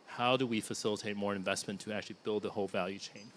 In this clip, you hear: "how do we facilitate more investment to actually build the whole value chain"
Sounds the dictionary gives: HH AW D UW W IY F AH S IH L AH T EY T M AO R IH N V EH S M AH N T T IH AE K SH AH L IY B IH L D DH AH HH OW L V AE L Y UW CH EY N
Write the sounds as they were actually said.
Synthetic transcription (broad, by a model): HH AW D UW W IY F AH S IH L AH T EY T M AO R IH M V EH S M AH N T T IH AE K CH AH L IY B IH L D DH AH HH OW L V AE L Y UW CH EY N